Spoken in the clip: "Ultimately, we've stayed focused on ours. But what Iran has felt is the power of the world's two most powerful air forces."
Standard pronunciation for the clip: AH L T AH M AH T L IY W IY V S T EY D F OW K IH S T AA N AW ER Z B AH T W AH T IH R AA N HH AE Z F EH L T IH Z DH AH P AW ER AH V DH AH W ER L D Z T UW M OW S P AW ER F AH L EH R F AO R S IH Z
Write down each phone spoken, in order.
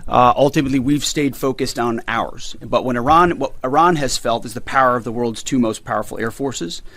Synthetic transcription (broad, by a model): AH L T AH M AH T L IY W IY V S T EY D F OW K IH S T N AW ER Z B AH T W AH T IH R AA N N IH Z F EH L T IH Z DH AH P AW ER AH V DH AH W ER L D Z T UW M OW S P AW ER F L EH R F AO R S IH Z